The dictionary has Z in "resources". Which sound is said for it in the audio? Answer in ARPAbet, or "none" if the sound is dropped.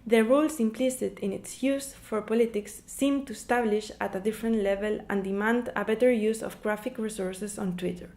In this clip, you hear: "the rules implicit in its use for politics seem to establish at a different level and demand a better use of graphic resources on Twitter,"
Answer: S